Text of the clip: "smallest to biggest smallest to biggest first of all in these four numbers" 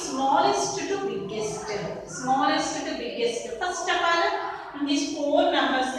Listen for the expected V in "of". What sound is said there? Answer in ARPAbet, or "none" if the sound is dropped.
P